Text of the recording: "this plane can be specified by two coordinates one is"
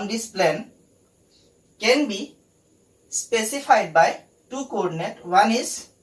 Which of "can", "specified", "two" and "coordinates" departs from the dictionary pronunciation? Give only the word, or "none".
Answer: coordinates